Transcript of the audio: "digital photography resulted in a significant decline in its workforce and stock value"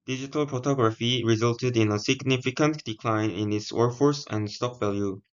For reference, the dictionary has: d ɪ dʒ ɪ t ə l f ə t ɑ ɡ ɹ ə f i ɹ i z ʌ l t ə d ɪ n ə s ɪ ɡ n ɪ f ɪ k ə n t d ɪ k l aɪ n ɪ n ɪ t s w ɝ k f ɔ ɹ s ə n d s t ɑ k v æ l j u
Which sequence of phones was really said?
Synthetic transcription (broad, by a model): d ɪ dʒ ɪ t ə l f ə t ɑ ɡ ɹ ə f i ɹ i z ʌ l t ə d ɪ n ə s ɪ ɡ n ɪ f ɪ k ə n t d ɪ k l aɪ n ɪ n ɪ t s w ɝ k f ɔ ɹ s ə n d s t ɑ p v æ l j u